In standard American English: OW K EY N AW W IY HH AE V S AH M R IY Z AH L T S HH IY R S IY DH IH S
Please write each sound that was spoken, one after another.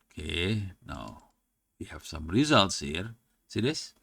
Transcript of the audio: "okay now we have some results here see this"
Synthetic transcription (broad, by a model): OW K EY N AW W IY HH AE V S AH M R IY Z AH L T S HH IY R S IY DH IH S